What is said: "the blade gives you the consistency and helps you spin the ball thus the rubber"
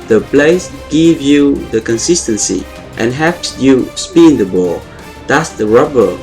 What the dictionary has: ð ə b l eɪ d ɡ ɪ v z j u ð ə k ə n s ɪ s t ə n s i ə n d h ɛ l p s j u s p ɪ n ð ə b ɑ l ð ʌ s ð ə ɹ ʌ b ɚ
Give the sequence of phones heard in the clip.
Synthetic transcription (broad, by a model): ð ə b l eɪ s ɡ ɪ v j u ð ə k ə n s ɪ s t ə n s i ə n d h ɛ p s j u s p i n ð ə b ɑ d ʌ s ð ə ɹ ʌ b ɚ